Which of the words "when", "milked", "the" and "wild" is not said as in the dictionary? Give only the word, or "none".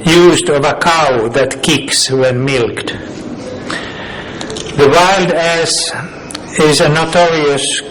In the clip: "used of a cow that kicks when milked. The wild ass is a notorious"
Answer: none